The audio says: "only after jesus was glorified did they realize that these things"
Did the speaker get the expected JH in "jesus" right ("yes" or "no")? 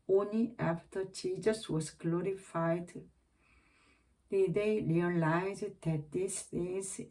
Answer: no